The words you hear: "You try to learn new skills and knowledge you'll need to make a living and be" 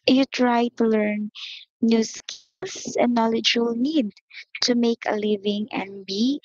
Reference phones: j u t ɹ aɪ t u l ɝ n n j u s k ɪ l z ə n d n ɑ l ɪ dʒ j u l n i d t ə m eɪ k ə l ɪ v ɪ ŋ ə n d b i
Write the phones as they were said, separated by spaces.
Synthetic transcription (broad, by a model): j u t ɹ aɪ t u l ɝ n n j u s k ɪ l s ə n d n ɑ l ɪ dʒ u l n i d t ə m eɪ k ə l ɪ v ɪ ŋ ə n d b i